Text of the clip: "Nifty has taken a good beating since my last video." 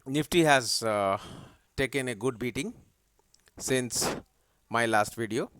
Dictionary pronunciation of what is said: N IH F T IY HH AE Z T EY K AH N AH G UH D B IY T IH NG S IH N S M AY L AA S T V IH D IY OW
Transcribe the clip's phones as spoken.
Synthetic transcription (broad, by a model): N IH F T IY HH AE Z T EY K AH N AH G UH D B IY T IH NG S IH N S M AY L AA S T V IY D IY OW